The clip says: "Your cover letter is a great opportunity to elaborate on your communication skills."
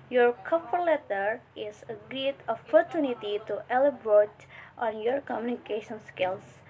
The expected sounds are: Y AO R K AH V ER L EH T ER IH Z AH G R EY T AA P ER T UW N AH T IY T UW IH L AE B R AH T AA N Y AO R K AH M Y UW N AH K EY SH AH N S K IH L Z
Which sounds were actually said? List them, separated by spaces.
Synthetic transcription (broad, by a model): Y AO R K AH P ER L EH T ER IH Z AH G R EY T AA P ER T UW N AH T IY T UW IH L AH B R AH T AA N Y AO R K AH M Y UW N AH K EY SH AH N S K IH L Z